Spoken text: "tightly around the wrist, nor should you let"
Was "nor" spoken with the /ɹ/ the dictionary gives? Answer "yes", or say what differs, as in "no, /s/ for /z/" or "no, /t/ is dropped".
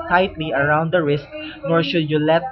yes